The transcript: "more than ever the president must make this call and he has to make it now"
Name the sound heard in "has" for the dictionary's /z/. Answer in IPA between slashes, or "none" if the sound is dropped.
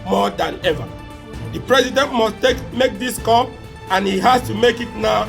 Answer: /s/